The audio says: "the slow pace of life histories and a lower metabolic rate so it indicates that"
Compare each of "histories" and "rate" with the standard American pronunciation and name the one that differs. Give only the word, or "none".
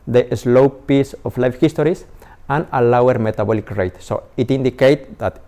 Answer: histories